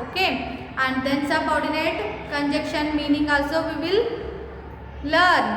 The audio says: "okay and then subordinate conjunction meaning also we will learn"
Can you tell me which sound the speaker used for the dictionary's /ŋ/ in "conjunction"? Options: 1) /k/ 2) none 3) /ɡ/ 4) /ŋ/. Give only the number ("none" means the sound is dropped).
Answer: 2